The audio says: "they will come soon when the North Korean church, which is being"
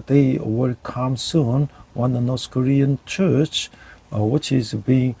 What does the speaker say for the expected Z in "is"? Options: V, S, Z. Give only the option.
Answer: Z